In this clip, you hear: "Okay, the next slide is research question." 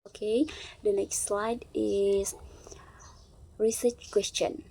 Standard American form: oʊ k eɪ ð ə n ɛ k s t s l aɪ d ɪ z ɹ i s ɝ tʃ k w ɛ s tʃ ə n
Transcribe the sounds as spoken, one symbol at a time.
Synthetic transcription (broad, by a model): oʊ k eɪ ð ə n ɛ k s t s l aɪ d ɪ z ɹ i s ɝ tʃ k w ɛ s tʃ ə n